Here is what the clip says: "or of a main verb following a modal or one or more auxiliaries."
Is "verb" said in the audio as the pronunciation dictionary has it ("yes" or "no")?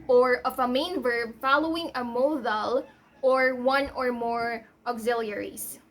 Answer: yes